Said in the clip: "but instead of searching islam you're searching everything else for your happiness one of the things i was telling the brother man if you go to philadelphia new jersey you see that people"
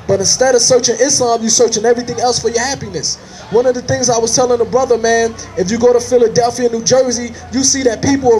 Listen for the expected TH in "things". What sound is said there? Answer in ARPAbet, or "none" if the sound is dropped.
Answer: TH